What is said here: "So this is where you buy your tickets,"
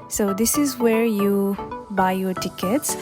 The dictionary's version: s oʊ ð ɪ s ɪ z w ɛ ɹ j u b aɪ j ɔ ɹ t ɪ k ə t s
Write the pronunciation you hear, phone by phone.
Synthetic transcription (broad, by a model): s oʊ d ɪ s ɪ z w ɛ ɹ j u b aɪ j ɔ ɹ t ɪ k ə t s